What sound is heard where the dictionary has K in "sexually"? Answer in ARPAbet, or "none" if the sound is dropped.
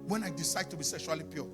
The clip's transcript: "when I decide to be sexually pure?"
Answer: K